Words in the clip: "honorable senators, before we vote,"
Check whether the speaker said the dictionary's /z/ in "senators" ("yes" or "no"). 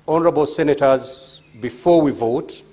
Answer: yes